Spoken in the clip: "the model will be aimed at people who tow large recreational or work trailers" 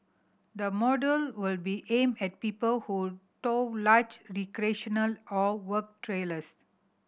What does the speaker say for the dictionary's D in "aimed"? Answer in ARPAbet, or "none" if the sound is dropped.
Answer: none